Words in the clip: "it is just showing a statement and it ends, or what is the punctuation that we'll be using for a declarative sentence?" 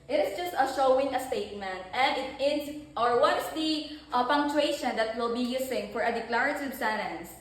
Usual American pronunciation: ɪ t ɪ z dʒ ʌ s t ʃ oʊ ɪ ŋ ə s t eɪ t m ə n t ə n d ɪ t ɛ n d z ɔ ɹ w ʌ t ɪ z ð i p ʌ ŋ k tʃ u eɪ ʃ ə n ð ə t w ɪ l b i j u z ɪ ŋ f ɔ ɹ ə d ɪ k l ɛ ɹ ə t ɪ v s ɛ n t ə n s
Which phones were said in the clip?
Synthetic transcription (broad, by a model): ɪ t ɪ s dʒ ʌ s t ʃ oʊ ɪ ŋ ə s t eɪ t m ə n t ə n d ɪ t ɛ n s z ɔ ɹ w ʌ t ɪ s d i p ʌ ŋ k tʃ u eɪ ʃ ə n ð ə t w ɪ l b i j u s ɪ ŋ f ɔ ɹ ə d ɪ k l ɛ ɹ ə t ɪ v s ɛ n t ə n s